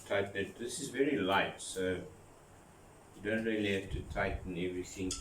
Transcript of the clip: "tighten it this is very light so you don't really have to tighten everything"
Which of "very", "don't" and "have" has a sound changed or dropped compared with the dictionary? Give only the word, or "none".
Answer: have